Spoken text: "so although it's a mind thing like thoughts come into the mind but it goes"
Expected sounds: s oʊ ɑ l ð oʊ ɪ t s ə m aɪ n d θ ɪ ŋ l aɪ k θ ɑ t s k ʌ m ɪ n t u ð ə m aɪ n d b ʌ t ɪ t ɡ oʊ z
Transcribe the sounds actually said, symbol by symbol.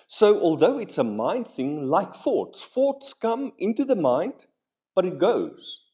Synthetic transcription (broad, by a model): s oʊ ɑ l ð oʊ ɪ t s ə m aɪ n d θ ɪ ŋ l aɪ k f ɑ t s k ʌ m ɪ n t u ð ə m aɪ n d b ʌ t ɪ t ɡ oʊ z